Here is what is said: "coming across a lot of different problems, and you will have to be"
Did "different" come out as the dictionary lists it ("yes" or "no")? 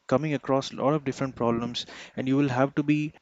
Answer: yes